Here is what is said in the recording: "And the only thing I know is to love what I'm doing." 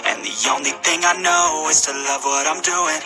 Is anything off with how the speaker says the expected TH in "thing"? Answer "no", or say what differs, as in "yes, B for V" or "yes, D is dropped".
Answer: no